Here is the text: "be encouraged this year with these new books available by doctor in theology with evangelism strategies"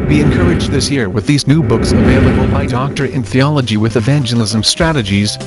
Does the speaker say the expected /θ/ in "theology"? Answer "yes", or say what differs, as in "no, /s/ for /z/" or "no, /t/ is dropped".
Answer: yes